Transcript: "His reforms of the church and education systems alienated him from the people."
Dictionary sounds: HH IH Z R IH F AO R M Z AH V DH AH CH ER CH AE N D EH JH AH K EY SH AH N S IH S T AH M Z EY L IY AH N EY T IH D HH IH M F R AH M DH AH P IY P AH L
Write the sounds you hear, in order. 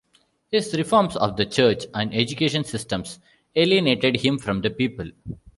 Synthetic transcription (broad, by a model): HH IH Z R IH F AO R M S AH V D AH CH ER CH AE N D EH JH AH K EY SH AH N S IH S T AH M S EY L IY AH N EY T IH D HH IH M F R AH M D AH P IY P AH L